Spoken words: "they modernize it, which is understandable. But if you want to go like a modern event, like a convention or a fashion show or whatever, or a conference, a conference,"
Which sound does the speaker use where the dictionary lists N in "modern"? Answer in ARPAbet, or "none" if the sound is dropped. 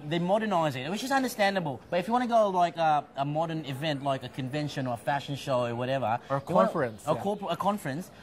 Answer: N